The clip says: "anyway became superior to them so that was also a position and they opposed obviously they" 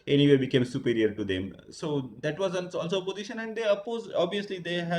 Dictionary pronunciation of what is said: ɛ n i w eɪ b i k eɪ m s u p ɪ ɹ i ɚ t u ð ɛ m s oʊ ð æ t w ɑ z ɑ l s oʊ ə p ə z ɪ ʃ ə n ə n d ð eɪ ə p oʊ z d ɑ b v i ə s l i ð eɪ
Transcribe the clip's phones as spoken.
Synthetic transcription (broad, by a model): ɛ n i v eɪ b i k eɪ m s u p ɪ ɹ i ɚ t u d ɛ m s oʊ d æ t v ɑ z ɑ l s oʊ ə p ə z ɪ ʃ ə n ə n d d eɪ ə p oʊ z ɑ b v i ə s l i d eɪ